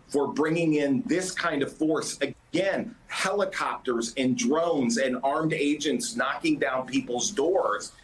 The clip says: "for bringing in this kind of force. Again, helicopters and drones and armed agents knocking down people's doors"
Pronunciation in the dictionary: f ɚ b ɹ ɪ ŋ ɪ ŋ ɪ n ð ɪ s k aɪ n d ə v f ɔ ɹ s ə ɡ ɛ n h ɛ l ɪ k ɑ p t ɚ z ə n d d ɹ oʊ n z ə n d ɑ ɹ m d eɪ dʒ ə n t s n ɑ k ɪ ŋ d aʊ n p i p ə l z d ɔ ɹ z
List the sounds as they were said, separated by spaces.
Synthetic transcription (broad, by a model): f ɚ b ɹ ɪ ŋ ɪ ŋ ɪ n ð ɪ s k aɪ n d ə v f ɔ ɹ s ə ɡ ɛ n h ɛ l ɪ k ɑ p t ɚ z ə n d d ɹ oʊ n z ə n ɑ ɹ m d eɪ dʒ ə n t s n ɑ k ɪ ŋ d aʊ n p i p l z d ɔ ɹ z